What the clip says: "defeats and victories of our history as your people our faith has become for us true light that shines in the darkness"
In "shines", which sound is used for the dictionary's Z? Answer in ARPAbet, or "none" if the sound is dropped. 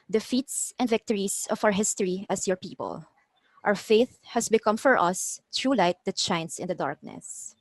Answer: S